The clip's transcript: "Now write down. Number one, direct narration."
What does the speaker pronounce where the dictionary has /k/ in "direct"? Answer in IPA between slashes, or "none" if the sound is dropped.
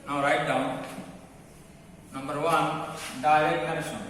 none